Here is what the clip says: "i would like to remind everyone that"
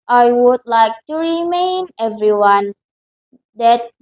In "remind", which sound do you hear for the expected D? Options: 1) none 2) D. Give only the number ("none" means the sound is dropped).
1